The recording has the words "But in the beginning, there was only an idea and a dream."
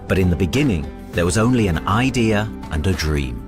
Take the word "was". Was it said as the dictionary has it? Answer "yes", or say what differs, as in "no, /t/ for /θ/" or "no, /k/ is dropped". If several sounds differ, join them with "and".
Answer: yes